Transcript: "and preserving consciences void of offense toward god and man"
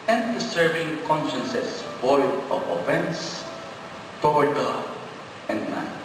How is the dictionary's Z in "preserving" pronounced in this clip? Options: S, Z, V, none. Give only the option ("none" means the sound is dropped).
S